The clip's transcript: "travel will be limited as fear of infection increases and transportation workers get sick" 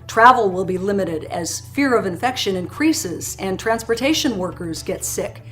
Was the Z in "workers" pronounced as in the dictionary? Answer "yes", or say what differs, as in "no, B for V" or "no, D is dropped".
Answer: yes